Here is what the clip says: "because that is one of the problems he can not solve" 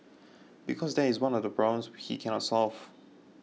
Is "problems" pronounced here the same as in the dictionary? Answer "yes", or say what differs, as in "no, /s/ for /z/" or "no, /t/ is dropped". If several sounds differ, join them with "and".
no, /b/ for /p/